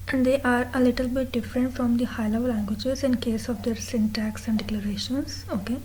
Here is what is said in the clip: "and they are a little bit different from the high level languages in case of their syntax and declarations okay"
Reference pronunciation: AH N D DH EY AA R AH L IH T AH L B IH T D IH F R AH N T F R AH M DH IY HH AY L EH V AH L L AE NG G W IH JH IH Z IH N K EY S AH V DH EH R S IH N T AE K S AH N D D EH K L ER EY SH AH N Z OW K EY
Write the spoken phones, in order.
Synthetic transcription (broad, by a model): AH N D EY AA R AH L IH T AH L B IH T D IH F R AH N T F R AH M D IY HH AY L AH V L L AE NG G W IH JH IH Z IH N K EY S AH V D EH R S IH N T AE K S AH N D D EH K L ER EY SH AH N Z OW K EY